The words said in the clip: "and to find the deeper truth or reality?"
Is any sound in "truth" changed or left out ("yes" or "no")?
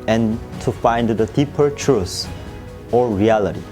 yes